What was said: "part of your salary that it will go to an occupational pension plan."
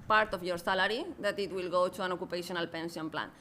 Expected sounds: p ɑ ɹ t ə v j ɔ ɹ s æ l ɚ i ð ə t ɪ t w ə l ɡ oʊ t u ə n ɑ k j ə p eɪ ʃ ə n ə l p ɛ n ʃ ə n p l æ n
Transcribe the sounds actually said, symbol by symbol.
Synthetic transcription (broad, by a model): p ɑ ɹ t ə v j ɔ ɹ s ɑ l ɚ i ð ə t ɪ t w ə l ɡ oʊ t u ə n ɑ k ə p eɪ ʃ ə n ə l p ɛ n s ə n p l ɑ n